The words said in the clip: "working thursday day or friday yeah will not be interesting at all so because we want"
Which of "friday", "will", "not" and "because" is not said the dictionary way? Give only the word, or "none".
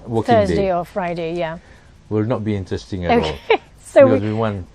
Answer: because